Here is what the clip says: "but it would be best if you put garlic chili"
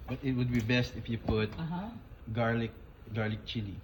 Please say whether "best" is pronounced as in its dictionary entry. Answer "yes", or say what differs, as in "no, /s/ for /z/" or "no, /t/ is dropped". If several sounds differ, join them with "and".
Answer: yes